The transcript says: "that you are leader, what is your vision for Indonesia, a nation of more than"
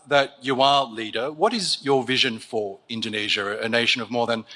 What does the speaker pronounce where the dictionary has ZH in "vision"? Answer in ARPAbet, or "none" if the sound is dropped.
ZH